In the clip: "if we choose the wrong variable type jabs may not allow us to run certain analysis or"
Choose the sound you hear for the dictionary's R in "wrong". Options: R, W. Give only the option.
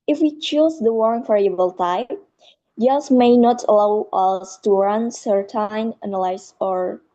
W